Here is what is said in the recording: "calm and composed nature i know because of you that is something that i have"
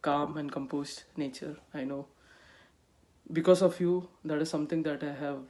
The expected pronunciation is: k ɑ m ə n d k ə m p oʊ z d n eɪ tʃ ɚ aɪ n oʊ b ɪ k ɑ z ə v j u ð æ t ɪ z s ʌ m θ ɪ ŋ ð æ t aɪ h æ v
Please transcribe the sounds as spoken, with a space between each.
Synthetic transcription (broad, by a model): k ɑ m ə n d k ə m p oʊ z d n eɪ tʃ ɚ aɪ n oʊ b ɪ k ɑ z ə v j u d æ t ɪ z s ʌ m t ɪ ŋ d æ t aɪ h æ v